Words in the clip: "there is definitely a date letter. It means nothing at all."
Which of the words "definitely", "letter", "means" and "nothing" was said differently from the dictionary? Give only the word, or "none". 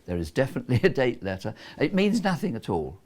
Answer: none